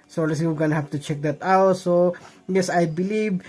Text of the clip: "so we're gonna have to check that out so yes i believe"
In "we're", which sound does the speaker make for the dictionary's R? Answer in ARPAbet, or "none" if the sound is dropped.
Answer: W